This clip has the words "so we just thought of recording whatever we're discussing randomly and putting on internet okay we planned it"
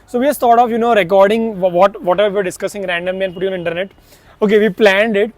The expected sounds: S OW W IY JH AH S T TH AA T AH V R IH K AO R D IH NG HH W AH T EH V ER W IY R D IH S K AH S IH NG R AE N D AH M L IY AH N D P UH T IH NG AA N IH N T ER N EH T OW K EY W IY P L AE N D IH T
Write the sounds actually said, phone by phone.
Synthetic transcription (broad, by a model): S OW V IY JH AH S T T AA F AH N R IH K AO R D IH NG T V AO T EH V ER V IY R D IH S K AH S IH NG R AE N D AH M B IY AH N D P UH T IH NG AA N IH N T ER N EH T OW K EY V IY P L AE N D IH T